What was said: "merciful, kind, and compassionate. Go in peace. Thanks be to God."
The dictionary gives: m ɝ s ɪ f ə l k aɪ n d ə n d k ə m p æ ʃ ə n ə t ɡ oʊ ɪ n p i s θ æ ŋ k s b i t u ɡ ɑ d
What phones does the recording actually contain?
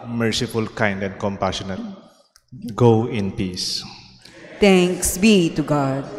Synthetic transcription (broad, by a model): m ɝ s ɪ f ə l k aɪ n d ə n d k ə m p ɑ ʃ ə n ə t ɡ oʊ ɪ n p i s t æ ŋ k s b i t u ɡ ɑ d